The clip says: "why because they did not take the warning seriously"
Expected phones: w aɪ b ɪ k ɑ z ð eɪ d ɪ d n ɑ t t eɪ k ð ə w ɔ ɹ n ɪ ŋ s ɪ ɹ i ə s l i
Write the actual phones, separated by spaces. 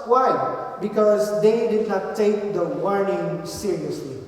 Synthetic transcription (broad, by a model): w aɪ b ɪ k ɑ z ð eɪ d ɪ d n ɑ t t eɪ k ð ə w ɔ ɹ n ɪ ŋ s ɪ ɹ i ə s l i